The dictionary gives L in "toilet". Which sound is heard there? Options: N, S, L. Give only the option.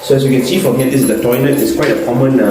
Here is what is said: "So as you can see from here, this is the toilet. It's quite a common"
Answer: N